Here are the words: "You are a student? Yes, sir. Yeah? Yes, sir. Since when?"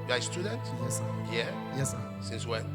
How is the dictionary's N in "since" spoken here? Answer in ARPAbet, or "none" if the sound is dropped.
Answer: N